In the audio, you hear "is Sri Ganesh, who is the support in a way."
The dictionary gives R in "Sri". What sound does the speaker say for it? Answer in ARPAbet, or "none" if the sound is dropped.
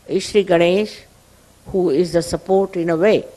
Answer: R